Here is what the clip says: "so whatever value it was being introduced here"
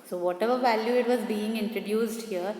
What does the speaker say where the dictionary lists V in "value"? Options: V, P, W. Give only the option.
V